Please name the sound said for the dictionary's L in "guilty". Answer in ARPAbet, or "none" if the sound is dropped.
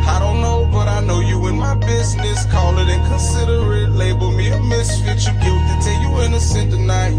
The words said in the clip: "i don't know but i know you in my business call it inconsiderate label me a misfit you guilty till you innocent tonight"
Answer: none